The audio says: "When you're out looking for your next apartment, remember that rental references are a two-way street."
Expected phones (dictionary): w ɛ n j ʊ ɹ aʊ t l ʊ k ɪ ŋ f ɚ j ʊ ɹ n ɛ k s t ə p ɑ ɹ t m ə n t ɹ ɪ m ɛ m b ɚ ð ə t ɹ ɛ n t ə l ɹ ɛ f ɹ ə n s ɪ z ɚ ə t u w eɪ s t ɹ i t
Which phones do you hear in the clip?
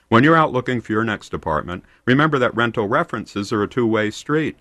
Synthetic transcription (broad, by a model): w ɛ n j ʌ ɹ aʊ t l ʊ k ɪ ŋ f ɚ j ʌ ɹ n ɛ k s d ə p ɑ ɹ t m ə n t ɹ ɪ m ɛ m b ɚ ð ə t ɹ ɛ n t l ɹ ɛ f ɹ ə n s ɪ z ɚ ə t u w eɪ s t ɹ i t